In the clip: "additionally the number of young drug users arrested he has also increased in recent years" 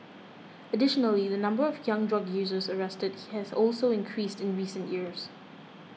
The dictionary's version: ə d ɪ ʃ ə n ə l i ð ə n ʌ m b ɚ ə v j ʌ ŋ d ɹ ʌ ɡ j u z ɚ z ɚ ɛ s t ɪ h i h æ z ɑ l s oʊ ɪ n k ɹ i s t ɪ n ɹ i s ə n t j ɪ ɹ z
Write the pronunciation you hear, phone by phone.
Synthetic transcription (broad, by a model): ə d ɪ ʃ ə n ə l i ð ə n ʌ m b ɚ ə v j ʌ ŋ d ɹ ʌ ɡ j u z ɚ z ɚ ɛ s t ɪ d h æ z ɑ l s oʊ ɪ n k ɹ i s t ɪ n ɹ i s ə n t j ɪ ɹ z